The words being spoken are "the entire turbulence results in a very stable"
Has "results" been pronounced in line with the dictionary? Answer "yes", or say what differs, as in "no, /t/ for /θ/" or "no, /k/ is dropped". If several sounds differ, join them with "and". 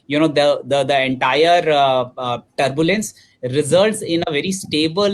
yes